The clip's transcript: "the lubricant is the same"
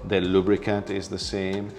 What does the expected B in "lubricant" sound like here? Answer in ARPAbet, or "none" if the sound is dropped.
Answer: B